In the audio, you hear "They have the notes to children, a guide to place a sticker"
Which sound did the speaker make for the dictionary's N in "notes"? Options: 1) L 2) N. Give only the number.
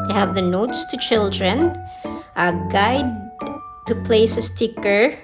2